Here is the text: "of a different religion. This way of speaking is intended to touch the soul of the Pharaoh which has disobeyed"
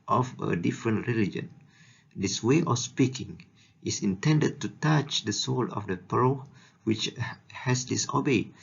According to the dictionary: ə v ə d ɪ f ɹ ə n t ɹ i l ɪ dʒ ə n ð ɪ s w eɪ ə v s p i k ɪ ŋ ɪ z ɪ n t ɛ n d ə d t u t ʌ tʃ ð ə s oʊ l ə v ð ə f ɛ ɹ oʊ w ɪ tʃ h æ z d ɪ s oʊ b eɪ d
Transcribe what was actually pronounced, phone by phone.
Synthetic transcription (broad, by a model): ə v ə d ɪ f ɹ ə n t ɹ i l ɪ dʒ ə n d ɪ s w eɪ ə f s p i k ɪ ŋ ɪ s ɪ n t ɛ n d ə d t u t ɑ tʃ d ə s oʊ l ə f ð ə p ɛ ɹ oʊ w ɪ tʃ h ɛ s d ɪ s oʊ b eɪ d